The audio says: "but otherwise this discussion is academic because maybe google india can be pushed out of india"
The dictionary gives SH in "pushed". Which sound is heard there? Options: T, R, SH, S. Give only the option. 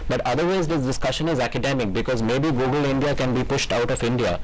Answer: SH